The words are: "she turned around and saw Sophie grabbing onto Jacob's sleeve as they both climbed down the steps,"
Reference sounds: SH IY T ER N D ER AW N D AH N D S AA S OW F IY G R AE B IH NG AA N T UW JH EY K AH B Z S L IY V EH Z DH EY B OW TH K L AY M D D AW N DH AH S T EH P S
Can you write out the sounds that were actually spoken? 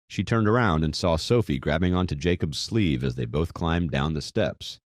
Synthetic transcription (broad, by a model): SH IY T ER N D ER AW N D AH N S AA S OW F IY G R AE B IH NG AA N T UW JH EY K AH B Z S L IY V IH Z DH EY B OW TH K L AY M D D AW N DH AH S T EH P S